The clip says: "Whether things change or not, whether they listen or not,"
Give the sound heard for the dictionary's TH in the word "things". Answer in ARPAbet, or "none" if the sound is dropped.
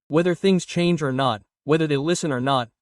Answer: TH